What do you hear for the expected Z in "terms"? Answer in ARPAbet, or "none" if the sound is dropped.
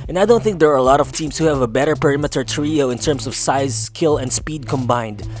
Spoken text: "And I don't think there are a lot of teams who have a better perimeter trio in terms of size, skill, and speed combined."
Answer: S